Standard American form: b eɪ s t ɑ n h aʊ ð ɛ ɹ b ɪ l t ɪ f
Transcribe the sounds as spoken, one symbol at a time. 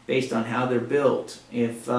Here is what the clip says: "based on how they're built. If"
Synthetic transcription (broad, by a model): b eɪ s t n h aʊ ð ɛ ɹ b ɪ l t ɪ f